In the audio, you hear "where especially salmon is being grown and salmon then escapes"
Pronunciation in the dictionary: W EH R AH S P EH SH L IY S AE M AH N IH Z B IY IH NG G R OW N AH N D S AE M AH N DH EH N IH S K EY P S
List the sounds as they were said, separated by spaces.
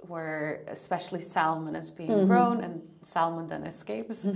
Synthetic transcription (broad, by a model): W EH R AH S P EH SH L IY S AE M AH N IH Z B IY IH NG G R OW N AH N S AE M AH N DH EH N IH S K EY P S